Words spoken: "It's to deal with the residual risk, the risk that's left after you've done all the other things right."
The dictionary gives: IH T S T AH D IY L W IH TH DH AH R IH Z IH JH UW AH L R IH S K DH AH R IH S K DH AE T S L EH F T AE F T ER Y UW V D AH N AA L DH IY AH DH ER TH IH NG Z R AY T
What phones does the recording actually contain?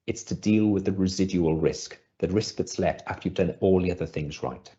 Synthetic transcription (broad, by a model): IH T S T AH D IY L W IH DH AH R IH Z IH JH UW AH L R IH S K DH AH R IH S K DH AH T S L EH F T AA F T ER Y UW V D AH N AA L DH IY AH DH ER TH IH NG Z R AY T